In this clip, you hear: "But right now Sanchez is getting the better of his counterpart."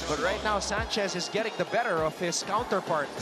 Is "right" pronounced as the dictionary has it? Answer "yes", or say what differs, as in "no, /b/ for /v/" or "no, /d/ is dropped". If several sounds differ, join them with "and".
yes